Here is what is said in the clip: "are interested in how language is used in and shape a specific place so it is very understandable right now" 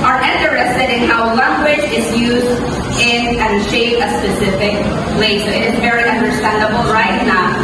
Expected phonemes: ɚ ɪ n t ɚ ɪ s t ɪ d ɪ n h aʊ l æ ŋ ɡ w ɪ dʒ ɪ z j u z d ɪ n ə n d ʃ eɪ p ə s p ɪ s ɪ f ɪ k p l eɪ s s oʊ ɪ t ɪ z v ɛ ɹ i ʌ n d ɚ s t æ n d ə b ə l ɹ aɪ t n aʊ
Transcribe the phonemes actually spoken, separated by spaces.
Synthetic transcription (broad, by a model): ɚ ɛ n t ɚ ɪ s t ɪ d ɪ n h aʊ l æ ŋ ɡ w ɪ dʒ ɪ z j u z d ɪ n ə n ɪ ʃ eɪ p ə s p ɪ s ɪ f ɪ k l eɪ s s oʊ ɪ t ɪ z v ɛ ɹ i ʌ n d ɚ s t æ n d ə b l ɹ aɪ t n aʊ